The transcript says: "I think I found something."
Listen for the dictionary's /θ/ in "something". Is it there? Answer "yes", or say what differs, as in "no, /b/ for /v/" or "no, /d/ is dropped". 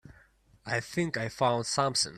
no, /s/ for /θ/